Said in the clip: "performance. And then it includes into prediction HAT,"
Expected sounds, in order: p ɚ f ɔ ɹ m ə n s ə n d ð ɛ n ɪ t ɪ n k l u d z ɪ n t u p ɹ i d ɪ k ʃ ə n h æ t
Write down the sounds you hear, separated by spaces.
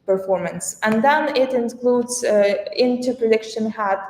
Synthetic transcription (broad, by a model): p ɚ f ɔ ɹ m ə n s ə n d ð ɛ n ɪ t ɪ n k l u d z ɪ n t u p ɹ i d ɪ k ʃ ə n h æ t